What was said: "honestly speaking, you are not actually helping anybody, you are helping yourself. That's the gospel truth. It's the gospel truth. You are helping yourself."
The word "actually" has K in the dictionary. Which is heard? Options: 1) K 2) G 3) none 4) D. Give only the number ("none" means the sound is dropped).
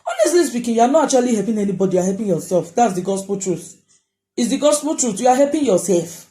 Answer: 3